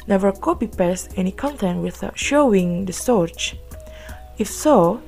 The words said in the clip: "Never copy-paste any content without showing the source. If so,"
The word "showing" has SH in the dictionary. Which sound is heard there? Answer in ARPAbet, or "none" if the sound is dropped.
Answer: SH